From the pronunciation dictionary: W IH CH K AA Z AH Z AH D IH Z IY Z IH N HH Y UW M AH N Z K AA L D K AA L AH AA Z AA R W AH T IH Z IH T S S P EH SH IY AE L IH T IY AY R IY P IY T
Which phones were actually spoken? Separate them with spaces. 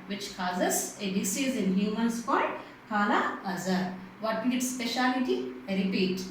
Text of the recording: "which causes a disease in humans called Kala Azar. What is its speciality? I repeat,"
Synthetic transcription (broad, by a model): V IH CH K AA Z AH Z AH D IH S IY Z IH N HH Y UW M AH N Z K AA D K AA L AH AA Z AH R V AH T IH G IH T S S P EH SH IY L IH T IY R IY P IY T